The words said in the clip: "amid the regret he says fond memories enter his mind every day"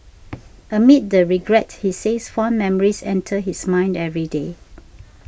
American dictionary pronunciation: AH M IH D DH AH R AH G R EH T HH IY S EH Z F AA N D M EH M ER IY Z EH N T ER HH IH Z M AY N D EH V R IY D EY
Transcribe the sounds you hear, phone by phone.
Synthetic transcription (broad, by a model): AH M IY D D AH R AH G R EH T HH IY S EH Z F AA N M EH M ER IY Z EH N T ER HH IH S M AY N D EH V R IY D EY